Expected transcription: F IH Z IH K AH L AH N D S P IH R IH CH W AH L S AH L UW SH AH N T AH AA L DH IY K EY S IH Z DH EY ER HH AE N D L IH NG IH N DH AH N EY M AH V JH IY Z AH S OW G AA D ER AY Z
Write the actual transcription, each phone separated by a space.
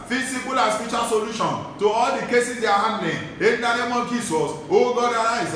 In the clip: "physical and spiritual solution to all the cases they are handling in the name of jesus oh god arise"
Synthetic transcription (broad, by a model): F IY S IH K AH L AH S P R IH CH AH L S AH L UW SH AH N T AH AA L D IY K EY S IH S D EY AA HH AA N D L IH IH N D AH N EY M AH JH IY S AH S OW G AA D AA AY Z